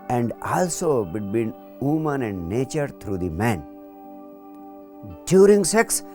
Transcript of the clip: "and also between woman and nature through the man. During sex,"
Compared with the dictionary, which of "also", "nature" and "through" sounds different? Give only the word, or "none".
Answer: through